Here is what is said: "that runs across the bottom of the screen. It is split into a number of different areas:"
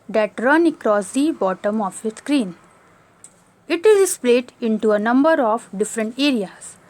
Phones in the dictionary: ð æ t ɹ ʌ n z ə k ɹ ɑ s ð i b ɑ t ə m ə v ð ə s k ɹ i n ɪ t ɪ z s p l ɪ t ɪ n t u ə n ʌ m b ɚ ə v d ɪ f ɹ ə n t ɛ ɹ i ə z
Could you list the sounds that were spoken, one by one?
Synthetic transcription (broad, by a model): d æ t ɹ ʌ n ə k ɹ ɑ s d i b ɑ t ə m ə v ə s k ɹ i n ɪ t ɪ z s p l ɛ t ɪ n t u ə n ʌ m b ɚ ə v d ɪ f ɹ ə n t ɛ ɹ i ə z